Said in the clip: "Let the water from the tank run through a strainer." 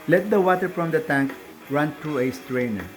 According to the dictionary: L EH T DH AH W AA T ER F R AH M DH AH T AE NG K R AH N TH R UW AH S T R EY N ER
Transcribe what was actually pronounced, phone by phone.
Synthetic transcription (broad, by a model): L EH T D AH W AA T ER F R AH M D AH T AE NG K R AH N T R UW AH S T R EY N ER